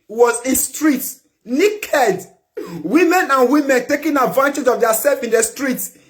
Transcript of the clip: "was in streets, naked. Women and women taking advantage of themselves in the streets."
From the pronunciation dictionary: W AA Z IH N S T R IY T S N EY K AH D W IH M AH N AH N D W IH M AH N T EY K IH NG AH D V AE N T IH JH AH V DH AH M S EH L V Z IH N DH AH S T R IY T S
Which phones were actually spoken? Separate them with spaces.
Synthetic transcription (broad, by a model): W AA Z IH N S T R IY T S N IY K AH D W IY M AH N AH N W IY M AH N T EY K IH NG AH D V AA N T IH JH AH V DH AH S EH L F IH N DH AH S T R IY T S